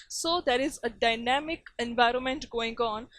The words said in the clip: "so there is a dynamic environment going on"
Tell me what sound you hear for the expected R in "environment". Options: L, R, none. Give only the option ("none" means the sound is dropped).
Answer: R